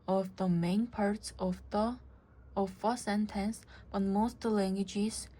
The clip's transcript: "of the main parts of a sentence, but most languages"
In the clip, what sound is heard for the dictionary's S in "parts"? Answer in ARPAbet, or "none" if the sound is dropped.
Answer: S